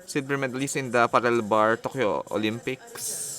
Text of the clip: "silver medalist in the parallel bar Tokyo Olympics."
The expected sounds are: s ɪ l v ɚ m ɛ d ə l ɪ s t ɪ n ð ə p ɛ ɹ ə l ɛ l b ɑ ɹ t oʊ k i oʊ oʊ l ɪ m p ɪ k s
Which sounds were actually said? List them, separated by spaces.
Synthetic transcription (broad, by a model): s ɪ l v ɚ m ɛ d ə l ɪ s ɪ n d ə p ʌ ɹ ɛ l b ɑ ɹ t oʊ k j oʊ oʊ l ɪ m p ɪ k s